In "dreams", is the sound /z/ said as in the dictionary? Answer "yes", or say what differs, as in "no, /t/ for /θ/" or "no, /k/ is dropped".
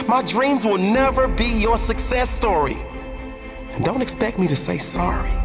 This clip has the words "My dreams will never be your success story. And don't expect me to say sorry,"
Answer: yes